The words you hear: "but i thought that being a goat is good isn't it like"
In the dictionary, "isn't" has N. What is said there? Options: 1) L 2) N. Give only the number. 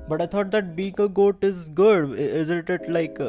1